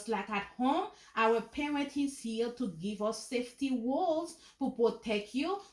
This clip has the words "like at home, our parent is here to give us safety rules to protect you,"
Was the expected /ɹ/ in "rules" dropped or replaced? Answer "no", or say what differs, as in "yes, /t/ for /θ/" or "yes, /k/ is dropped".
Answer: yes, /w/ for /ɹ/